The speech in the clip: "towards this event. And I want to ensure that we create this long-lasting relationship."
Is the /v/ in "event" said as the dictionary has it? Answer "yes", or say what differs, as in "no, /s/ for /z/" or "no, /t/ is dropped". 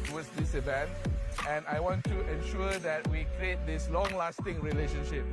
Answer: no, /b/ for /v/